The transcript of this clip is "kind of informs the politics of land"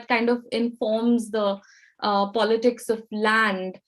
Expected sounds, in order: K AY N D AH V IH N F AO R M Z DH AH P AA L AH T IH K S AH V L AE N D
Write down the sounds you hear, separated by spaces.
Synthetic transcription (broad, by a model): K AY N D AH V IH N F AO R M Z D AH P AA L AH T IH K S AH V L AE N D